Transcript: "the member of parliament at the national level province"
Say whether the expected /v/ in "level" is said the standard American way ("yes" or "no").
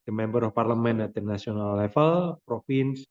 no